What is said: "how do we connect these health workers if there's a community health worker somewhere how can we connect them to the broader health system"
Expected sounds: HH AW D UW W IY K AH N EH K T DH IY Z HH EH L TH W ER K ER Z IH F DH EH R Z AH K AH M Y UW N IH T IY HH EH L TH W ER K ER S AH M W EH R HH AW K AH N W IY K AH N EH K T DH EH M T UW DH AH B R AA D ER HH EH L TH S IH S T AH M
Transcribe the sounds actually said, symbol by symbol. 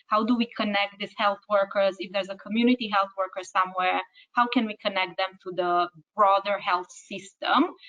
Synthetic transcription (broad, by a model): HH AW D UW W IY K AH N EH K T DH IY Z HH EH L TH W ER K ER Z IH F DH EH R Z AH K AH M Y UW N IH T IY HH EH L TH W ER K ER S AH M W EH R HH AW K AH N W IY K AH N EH K T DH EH M T UW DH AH B R AA D ER HH EH L TH S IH S T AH M